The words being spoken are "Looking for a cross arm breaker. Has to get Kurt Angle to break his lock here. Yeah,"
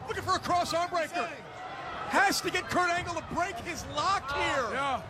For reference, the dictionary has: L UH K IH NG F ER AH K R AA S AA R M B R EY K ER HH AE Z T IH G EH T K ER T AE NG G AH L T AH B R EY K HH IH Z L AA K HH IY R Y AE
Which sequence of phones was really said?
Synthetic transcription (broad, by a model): L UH K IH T F ER AH K R AA S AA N B R EY K ER HH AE S T IH G EH T K ER T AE NG G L T AH B R EY K HH IH Z L AA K HH IY R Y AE